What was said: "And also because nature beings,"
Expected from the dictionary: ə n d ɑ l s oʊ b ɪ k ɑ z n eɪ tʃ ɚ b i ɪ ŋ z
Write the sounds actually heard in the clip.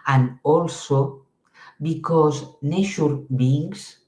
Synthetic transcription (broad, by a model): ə n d ɑ l s oʊ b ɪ k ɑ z n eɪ ʃ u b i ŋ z